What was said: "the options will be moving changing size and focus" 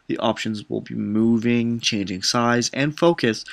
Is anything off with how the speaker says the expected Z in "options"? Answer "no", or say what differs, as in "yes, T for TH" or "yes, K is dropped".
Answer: no